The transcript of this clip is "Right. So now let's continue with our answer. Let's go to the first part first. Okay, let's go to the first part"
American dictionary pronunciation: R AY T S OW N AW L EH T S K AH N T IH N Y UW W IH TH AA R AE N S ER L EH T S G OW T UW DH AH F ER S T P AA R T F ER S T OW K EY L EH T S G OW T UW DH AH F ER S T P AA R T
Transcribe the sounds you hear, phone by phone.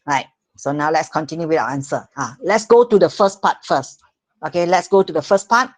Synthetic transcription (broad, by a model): R AY T S OW N AW L EH T S K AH N T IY N Y UW W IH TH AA W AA N S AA L EH T S G OW T UW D AH F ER S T P AA T F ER S T OW K EY L EH T S G OW T UW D AH F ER S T P AA T